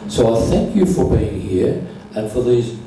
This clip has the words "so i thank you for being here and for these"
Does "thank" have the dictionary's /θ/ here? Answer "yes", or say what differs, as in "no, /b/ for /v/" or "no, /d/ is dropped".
yes